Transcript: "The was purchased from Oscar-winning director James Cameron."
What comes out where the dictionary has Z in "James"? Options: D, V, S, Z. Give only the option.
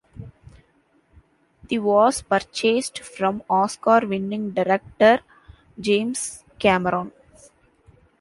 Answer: S